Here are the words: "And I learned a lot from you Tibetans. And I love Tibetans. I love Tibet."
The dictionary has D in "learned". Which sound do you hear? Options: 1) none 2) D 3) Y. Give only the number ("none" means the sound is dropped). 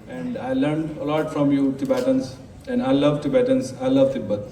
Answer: 2